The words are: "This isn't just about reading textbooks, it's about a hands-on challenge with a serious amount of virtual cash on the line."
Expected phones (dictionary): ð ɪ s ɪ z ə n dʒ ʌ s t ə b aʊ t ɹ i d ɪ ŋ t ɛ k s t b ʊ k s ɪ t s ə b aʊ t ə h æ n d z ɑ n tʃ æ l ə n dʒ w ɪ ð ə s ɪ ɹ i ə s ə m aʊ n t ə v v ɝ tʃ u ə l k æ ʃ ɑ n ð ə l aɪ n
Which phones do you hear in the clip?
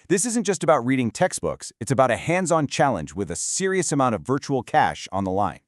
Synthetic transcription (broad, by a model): ð ɪ s ɪ z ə n dʒ ʌ s t ə b aʊ t ɹ i d ɪ ŋ t ɛ k s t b ʊ k s ɪ t s ə b aʊ t ə h æ n d z ɑ n tʃ æ l ə n dʒ w ɪ ð ə s ɪ ɹ i ə s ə m aʊ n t ə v v ɝ tʃ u l k æ ʃ n ð ə l aɪ n